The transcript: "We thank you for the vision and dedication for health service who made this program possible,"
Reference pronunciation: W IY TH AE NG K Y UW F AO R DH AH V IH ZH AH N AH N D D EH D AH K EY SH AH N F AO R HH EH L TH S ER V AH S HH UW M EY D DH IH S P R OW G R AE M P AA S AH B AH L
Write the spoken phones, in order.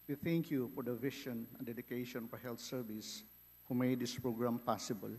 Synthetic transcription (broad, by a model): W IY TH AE NG K Y UW F AO R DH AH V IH SH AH N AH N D D EH D AH K EY SH AH N F AO R HH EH L T S ER V AH S HH UW M EY D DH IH S P R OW G R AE M P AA S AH B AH L